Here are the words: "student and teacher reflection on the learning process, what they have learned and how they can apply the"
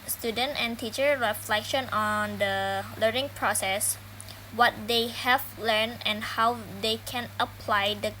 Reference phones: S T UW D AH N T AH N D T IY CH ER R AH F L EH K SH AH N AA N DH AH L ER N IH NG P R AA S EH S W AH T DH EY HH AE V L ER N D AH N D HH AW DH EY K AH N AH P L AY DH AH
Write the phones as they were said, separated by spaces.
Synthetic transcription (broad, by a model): S T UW D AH N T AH N T IY CH ER R AH F L EH K SH AH N AA N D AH L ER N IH NG P R AA S EH S W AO T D EY HH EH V L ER N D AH N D HH AW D EY K AH N AH P L AY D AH